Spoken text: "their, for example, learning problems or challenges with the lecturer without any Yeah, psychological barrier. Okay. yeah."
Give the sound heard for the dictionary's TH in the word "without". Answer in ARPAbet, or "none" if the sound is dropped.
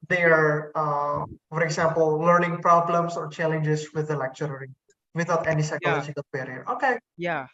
T